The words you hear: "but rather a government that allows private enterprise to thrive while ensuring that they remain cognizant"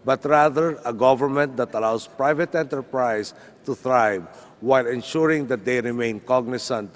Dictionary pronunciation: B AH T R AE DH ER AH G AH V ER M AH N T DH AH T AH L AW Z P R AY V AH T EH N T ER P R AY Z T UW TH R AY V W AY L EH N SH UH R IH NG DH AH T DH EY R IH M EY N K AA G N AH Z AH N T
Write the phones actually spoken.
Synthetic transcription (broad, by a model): B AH T R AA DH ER AH G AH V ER M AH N T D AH T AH L AW S P R AY V AH T EH N T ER P R AY S T UW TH R AY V W AY L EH N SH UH R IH NG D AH T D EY R IH M EY N K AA G N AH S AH N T